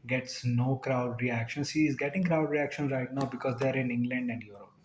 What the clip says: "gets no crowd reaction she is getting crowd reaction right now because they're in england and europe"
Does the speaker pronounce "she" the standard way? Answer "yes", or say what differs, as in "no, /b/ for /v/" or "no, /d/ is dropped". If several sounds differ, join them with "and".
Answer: no, /s/ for /ʃ/